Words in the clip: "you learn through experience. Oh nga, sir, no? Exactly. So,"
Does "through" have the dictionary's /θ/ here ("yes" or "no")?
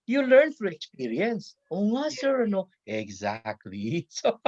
no